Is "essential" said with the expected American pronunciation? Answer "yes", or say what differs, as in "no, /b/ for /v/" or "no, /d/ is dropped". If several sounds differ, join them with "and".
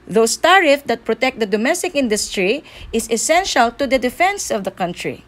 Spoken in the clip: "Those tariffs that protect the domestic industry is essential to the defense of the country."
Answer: yes